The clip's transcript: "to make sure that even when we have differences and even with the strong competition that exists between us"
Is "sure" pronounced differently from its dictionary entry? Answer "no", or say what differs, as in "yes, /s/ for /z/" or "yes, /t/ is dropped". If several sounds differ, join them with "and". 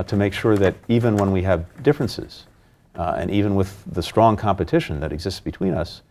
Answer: no